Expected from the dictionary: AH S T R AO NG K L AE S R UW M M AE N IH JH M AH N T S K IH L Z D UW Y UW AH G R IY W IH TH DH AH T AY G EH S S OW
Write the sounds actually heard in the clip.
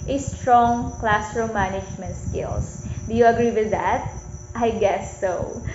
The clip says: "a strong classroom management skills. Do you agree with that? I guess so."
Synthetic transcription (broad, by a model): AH S T R AO NG K L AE S R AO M M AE N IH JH M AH N T S K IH L S D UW Y UW AH G R IY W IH DH AH T AY G EH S S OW